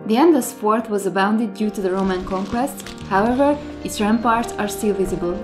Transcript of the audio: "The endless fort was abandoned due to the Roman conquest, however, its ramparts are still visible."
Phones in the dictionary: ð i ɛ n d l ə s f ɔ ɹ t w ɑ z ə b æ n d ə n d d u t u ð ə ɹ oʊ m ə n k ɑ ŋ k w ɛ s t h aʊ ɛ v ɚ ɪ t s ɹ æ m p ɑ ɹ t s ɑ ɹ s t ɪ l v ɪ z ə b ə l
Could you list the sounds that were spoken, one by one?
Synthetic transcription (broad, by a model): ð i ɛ n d ə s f ɔ ɹ t w ɑ z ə b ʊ n d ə d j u t u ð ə ɹ oʊ m ə n k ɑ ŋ k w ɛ s t h aʊ ɛ v ɚ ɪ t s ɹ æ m p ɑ ɹ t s ɑ ɹ s t ɪ l v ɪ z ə b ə l